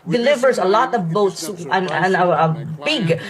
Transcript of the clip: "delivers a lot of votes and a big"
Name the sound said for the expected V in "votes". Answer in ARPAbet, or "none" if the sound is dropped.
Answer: B